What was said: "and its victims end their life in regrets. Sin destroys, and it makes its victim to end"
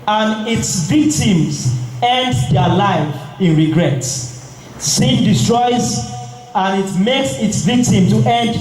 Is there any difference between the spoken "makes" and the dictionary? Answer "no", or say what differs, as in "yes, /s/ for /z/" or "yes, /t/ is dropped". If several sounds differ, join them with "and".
no